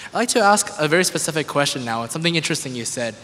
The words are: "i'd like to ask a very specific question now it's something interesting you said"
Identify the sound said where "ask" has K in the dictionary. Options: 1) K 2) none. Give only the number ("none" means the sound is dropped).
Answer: 1